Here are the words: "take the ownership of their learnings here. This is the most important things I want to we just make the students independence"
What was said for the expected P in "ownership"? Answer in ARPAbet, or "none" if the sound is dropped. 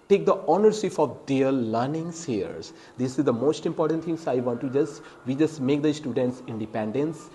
F